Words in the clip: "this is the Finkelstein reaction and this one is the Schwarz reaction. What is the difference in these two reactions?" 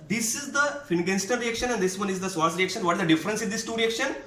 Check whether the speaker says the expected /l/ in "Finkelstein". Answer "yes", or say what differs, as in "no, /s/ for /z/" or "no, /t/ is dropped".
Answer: no, /n/ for /l/